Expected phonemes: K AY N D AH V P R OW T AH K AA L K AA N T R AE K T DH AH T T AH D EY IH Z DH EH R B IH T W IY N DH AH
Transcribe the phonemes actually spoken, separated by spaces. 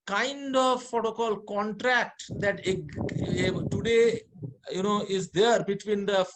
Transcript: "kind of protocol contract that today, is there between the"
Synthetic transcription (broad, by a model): K AY N D AH V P OW T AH K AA L K AA N T R AE K T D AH T T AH D EY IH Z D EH R B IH T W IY N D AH